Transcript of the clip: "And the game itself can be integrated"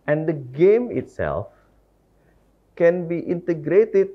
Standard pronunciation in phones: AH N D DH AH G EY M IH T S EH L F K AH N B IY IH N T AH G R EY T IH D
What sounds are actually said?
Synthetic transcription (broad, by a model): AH N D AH G EY M IH T S EH L F K AH N B IY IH N T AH G R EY T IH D